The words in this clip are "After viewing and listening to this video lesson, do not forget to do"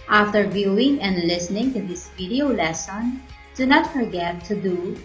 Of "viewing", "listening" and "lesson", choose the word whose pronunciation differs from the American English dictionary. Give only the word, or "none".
none